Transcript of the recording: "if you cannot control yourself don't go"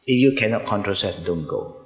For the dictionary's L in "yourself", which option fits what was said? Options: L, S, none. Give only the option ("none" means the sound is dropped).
none